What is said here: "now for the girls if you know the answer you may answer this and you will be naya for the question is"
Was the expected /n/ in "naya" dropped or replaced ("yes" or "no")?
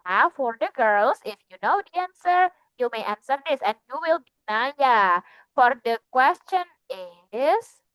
no